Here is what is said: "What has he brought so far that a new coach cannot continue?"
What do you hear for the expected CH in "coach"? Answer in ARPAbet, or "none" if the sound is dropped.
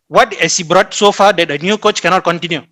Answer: CH